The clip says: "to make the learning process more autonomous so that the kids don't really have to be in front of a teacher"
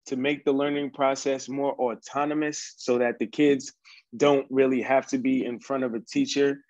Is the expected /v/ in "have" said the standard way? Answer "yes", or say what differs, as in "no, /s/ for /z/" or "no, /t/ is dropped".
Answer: no, /f/ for /v/